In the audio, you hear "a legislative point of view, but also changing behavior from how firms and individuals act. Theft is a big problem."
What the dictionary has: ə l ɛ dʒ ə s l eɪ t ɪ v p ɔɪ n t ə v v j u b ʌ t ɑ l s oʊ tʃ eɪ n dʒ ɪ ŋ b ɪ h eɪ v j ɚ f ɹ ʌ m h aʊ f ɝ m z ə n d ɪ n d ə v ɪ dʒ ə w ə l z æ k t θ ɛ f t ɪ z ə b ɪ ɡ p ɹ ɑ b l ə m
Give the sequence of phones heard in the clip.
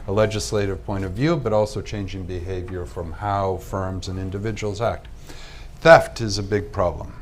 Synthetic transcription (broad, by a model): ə l ɛ dʒ ə s l eɪ t ɪ v p ɔɪ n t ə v v j u b ʌ t ɑ l s oʊ tʃ eɪ n dʒ ɪ ŋ b ɪ h eɪ v j ɚ f ɹ ʌ m h aʊ f ɝ m z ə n ɪ n d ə v ɪ dʒ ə w l z æ k t θ ɛ f t ɪ z ə b ɪ ɡ p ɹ ɑ b l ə m